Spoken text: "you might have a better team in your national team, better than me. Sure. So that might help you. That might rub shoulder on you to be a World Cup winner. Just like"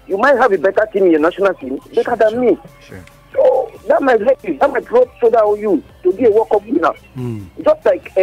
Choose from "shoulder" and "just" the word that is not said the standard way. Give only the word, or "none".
shoulder